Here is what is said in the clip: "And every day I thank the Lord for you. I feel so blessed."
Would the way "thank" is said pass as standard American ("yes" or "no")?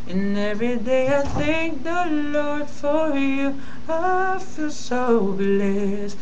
yes